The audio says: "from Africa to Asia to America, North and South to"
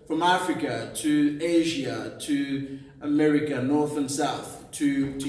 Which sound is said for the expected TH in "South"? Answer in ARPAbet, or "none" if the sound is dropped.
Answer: TH